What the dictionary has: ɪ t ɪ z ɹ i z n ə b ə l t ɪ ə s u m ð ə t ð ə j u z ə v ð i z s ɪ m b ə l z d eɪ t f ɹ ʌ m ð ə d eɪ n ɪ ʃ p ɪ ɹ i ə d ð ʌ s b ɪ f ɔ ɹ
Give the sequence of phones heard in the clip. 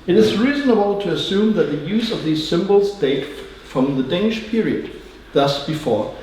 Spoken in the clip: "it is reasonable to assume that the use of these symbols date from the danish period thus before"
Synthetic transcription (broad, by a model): ɪ t ɪ z ɹ i z n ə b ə l t ɪ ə s u m ð ə t ð ə j u z ə v ð i z s ɪ m b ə l z d eɪ t f ɹ ʌ m ð ə d eɪ n ɪ ʃ p ɪ ɹ i ə d ð ʌ s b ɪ f ɔ ɹ